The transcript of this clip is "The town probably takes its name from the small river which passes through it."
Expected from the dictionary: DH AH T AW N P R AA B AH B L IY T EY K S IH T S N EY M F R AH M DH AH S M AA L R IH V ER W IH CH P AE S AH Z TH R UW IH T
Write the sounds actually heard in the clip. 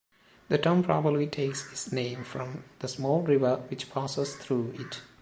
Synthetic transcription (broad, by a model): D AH T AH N P R AA B AH B L IY T EY K S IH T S N EY M F R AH M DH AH S M AA L R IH V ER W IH CH P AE S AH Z T R UW IH T